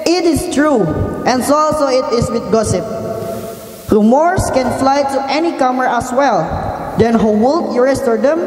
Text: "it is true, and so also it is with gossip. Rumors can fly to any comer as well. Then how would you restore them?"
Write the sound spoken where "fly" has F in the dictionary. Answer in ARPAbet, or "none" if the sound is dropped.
F